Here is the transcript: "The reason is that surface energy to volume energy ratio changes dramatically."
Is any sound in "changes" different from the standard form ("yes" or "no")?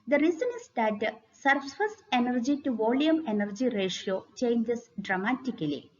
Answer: yes